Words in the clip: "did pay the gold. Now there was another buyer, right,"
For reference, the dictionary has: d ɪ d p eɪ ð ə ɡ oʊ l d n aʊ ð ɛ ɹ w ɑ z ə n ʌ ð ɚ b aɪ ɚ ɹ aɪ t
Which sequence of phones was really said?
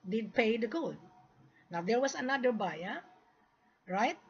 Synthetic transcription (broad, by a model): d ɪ d p eɪ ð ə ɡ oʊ d n aʊ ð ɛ ɹ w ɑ s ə n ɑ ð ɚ b aɪ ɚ ɹ aɪ t